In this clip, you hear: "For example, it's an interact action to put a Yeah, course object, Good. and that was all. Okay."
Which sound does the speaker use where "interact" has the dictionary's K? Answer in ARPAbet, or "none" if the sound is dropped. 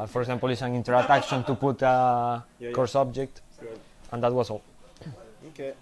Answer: none